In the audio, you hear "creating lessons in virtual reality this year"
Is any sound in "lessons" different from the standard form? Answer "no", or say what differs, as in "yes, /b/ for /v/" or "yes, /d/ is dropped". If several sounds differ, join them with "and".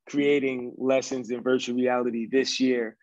no